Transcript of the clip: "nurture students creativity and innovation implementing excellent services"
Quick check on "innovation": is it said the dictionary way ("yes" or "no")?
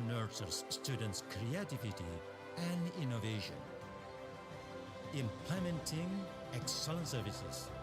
yes